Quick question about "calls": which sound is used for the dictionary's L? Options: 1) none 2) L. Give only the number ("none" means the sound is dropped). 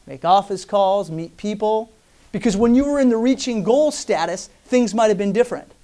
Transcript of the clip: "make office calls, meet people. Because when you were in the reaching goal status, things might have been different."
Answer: 2